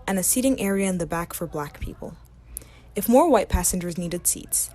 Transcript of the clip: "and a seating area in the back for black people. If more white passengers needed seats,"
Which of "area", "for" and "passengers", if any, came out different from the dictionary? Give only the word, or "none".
none